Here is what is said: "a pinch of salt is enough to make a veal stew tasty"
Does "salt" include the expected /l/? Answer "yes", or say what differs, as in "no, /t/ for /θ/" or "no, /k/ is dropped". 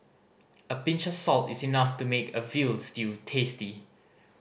yes